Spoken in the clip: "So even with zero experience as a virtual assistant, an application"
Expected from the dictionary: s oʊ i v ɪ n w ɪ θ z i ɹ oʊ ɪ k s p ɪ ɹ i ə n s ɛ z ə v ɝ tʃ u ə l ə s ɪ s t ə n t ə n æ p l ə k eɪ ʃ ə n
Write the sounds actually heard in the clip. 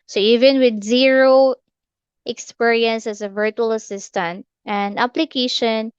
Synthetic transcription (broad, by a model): s oʊ i v ɪ n w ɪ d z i ɹ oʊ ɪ k s p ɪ ɹ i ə n s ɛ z ə v ɝ tʃ u ə l ə s ɪ s t ə n t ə n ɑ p l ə k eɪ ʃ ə n